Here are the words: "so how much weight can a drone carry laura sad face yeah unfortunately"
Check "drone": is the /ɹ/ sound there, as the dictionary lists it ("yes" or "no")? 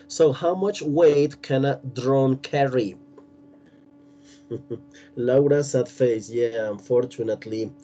yes